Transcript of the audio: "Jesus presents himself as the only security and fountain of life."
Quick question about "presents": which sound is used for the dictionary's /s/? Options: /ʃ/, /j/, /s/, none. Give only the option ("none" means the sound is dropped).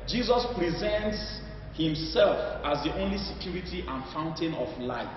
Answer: /s/